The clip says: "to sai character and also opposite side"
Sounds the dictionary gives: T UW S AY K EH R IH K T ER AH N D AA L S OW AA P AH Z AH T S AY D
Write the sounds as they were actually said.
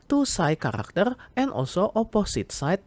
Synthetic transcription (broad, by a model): T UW S AY K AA R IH K T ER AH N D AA S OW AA P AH S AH T S AY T